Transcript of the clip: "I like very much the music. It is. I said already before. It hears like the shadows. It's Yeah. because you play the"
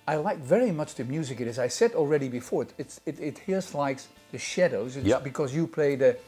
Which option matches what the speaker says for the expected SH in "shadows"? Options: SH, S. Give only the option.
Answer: SH